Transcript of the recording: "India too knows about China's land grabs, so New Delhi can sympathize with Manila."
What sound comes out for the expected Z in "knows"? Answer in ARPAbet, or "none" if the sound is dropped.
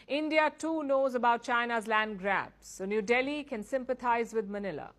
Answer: Z